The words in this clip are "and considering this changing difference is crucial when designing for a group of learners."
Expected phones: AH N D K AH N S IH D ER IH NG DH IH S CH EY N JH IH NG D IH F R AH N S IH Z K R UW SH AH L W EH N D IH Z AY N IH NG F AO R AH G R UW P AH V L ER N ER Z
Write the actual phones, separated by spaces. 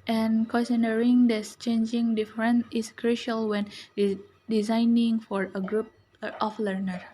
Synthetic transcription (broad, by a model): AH N K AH S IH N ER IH NG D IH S CH EY N JH IH NG D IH F R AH N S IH S K R UW SH AH L W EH N D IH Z AY N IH NG F AO R AH G R UW P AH F L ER N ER